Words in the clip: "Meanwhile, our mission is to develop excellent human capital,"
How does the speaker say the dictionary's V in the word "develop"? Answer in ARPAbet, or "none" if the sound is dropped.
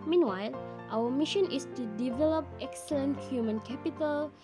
V